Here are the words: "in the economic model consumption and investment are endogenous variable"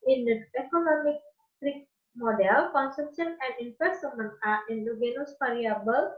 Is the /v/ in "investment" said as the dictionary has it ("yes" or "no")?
no